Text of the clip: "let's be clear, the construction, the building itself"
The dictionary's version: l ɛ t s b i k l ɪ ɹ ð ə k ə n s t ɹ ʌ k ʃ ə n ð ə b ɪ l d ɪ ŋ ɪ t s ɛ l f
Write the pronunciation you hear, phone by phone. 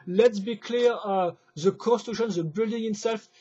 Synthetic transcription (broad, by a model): l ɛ t s b i k l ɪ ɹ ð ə k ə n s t u ʃ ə n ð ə b ɪ l d ɪ ŋ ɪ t s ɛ l f